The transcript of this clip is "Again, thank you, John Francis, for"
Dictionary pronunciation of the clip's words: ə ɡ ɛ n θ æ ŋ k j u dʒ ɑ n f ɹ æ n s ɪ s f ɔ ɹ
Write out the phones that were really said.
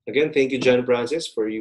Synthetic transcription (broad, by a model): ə ɡ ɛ n θ æ ŋ k j u dʒ ɑ n p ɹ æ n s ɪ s f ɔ ɹ